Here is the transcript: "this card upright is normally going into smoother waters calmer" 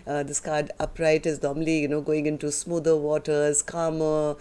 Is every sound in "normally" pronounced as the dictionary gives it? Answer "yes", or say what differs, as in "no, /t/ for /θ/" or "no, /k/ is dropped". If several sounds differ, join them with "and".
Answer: no, /n/ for /l/